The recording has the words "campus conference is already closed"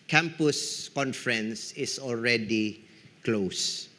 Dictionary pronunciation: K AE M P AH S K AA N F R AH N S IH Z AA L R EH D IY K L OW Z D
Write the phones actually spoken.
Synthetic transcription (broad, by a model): K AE M P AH S K AA N F R AH N S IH S AA L R EH D IY K L OW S